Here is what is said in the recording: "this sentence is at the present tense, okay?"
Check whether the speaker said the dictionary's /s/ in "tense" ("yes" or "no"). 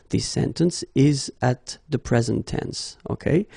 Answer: yes